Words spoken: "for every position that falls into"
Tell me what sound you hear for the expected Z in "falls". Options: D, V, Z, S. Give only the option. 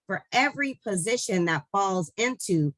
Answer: Z